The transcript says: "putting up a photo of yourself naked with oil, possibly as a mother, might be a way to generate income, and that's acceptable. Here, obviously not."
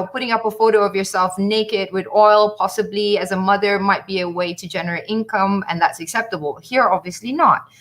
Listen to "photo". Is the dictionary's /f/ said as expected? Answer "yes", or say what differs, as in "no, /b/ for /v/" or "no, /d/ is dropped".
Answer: yes